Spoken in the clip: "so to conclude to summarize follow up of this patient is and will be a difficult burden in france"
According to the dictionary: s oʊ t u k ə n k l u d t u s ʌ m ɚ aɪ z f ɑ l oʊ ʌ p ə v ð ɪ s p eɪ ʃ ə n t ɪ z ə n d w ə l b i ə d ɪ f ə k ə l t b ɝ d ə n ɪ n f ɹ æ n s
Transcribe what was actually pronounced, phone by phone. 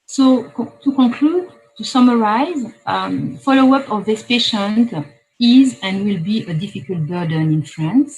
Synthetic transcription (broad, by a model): s oʊ t u k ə k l u d t u s ʌ m ɚ aɪ z f ɑ l oʊ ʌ p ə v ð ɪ s p eɪ ʃ ə n t ɪ z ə n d w ə l b i ə d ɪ f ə k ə l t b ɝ d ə n ɪ n f ɹ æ n s